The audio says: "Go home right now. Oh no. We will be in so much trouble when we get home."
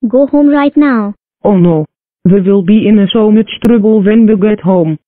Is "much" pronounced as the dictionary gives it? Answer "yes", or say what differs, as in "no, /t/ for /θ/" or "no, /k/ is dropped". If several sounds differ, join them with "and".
no, /s/ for /tʃ/